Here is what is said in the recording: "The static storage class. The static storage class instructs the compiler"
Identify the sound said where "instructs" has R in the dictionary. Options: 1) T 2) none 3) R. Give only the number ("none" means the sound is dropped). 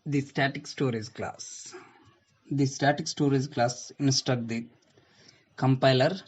2